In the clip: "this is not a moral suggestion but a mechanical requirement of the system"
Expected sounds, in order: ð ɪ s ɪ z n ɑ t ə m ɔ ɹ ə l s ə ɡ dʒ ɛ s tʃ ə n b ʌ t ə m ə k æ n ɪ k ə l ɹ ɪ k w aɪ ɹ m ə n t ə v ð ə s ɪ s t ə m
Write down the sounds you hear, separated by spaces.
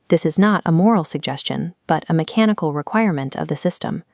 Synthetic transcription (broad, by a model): ð ɪ s ɪ z n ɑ t ə m ɔ ɹ l s ə ɡ dʒ ɛ s tʃ ə n b ʌ t ə m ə k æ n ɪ k l ɹ ɪ k w aɪ ɹ m ə n t ə v ð ə s ɪ s t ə m